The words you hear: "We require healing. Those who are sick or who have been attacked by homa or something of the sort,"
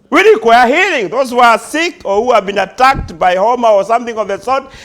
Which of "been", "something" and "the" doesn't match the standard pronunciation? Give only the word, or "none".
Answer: none